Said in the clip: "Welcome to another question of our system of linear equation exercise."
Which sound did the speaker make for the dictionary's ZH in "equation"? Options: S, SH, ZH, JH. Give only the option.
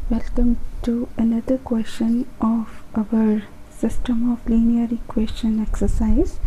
S